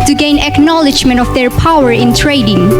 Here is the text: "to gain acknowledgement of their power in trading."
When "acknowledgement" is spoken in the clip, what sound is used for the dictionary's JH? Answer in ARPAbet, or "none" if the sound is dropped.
JH